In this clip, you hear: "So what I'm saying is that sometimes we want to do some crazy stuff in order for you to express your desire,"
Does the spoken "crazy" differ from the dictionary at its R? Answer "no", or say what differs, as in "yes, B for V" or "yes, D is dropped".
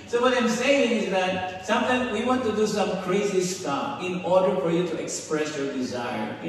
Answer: no